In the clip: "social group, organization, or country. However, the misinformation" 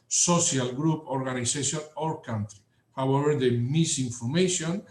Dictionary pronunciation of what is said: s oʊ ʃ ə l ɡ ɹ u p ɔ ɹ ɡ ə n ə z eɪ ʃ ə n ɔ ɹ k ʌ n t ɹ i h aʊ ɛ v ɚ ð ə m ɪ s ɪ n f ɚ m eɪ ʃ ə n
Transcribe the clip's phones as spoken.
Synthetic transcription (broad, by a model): s oʊ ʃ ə l ɡ ɹ u p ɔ ɹ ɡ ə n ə s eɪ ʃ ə n ɔ ɹ k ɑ n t ɹ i h aʊ ɛ v ɚ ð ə m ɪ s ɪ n f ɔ m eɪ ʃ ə n